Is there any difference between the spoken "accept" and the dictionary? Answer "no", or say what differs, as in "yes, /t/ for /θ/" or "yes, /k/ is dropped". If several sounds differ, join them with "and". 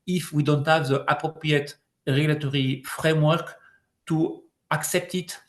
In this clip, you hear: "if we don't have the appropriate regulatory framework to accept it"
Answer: no